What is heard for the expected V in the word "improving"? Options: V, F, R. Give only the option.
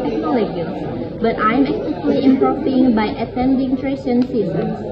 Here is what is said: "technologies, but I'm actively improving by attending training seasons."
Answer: F